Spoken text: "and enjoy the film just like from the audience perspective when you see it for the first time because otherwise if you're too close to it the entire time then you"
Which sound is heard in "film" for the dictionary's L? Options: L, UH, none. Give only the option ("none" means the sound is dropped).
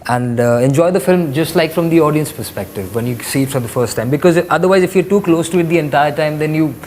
L